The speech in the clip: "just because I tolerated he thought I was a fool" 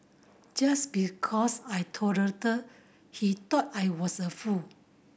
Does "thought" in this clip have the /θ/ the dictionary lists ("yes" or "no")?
no